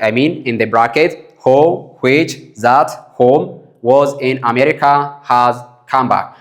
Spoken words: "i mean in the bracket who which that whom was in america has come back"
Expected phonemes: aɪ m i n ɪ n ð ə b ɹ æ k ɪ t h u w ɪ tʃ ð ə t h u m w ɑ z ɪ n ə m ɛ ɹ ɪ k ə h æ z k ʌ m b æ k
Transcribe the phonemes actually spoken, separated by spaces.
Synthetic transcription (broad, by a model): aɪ m i n ɪ n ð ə b ɹ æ k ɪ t h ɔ w ɪ tʃ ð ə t h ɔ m w ɑ z ɪ n ə m ɛ ɹ ɪ k ə h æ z k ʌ m b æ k